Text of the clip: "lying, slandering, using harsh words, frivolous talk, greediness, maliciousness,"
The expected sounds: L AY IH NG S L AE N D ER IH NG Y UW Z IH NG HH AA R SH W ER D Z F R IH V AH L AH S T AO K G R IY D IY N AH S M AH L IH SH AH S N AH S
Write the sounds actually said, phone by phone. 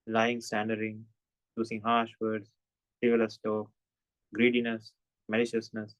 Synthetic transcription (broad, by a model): L AY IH NG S AE N D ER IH NG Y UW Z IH NG HH AA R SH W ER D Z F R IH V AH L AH S T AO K G R IY D IY N AH S M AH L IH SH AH S N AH S